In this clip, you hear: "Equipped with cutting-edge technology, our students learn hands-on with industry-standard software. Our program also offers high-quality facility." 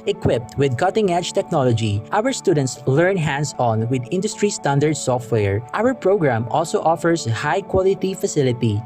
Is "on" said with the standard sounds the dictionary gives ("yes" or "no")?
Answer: yes